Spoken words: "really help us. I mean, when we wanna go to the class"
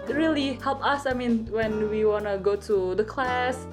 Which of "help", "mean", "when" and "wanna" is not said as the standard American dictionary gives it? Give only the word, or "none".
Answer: none